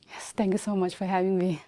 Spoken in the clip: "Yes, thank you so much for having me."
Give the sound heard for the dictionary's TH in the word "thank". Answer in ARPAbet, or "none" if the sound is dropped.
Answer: T